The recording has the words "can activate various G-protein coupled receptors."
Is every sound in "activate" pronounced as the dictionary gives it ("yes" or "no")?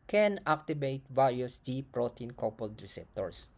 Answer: no